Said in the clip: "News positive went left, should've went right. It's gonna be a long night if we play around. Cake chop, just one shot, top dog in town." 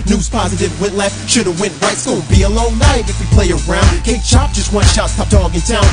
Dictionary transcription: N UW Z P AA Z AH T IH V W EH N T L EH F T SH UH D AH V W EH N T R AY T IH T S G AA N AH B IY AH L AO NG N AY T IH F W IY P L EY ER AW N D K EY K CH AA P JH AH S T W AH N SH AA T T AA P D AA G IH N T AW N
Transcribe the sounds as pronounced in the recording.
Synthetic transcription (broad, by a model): N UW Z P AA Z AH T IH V W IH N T L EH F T SH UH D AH W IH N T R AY IH T S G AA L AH B IY AH L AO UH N AY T IH F W IY P L EY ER AW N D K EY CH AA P JH AH S T W AH N SH AA T S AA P D AA G IH N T AW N